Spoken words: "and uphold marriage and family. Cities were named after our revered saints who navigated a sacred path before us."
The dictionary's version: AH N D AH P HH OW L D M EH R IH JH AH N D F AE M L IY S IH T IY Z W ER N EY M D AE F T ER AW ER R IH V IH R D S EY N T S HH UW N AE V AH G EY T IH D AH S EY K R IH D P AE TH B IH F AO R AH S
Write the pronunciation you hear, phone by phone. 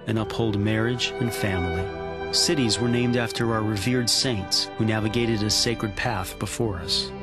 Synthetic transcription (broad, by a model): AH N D AH P HH OW L D M EH R IH JH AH N F AE M L IY S IH T IY Z W ER N EY M D AE F T ER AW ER R IH V IH R D S EY N T S HH UW N AE V AH G EY T IH D AH S EY K R IH D P AE TH B IH F AO R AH S